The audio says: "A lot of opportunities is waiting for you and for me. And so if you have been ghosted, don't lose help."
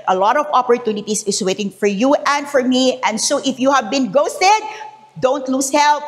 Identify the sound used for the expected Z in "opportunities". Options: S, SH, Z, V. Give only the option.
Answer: S